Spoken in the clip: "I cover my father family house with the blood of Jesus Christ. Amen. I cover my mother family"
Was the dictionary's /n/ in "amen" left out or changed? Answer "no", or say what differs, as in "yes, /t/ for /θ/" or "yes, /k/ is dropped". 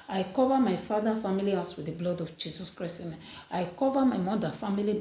yes, /n/ is dropped